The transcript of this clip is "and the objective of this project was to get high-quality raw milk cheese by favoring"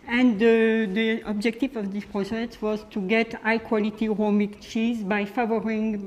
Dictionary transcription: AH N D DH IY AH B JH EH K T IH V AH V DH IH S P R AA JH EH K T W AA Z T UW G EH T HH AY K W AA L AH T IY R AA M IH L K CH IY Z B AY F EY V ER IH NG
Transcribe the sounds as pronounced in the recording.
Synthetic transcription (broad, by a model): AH N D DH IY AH B JH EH K T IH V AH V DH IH S P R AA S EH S W AA Z T UW G EH T AY K W AA L AH T IY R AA M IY K CH IY Z B AY F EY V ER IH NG